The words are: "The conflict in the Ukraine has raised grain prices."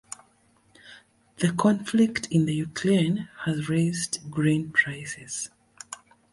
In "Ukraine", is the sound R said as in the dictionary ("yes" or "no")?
no